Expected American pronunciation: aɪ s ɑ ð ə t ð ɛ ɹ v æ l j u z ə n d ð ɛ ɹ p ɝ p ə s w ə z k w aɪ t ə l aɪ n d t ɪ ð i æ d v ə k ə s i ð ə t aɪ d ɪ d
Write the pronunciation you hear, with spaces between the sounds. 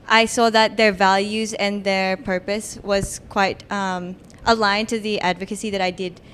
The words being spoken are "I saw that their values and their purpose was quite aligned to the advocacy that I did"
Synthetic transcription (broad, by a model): aɪ s ɑ ð ə t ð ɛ ɹ v æ l j u z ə n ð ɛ ɹ p ɝ p ə s w ə z k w aɪ t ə l aɪ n t ɪ ð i æ d v ə k ə s i ð ə t aɪ d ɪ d